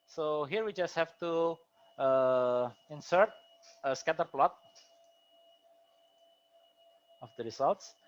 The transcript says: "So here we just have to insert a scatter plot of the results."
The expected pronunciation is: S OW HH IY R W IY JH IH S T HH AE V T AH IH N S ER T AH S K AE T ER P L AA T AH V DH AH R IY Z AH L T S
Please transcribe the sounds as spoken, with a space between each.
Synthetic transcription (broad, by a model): S OW HH IY R W IY JH IH S T HH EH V T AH IH N S ER T AH S K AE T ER P L AA T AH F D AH R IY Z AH L T S